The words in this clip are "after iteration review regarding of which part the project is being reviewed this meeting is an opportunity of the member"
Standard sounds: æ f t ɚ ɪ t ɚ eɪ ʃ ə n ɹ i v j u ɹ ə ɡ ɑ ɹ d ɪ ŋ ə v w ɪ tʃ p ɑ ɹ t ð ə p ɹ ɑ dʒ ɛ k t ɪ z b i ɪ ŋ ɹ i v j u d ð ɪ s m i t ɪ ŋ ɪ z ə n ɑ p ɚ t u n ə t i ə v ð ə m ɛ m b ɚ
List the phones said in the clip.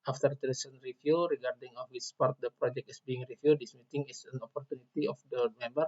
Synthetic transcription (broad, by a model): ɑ f t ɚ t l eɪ s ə n ɹ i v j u ɹ ə ɡ ɑ ɹ d ɪ ŋ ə f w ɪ s p ɑ ɹ t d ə p ɹ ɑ dʒ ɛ k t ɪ s b i ɪ ŋ ɹ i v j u d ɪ s m i t ɪ ŋ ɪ s ə n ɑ p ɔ t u n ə t i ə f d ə m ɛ m b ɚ